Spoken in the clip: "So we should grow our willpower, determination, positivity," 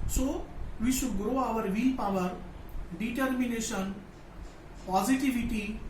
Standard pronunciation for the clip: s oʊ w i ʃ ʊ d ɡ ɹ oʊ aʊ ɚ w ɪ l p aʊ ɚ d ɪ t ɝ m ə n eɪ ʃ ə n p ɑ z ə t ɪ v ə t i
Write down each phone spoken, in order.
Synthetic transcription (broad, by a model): s oʊ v i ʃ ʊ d ɡ ɹ oʊ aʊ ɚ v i p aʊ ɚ d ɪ t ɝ m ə n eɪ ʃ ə n p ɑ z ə t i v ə t i